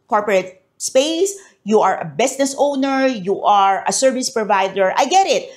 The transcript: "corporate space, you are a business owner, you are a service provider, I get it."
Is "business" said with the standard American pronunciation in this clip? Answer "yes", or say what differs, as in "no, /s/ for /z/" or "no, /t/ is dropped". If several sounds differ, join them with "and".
no, /s/ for /z/